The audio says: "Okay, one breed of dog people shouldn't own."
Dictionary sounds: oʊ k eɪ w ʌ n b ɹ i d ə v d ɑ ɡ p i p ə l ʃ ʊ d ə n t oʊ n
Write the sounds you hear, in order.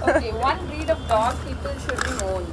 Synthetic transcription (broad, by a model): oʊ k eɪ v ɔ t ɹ i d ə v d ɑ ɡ p i p ə l ʃ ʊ d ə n oʊ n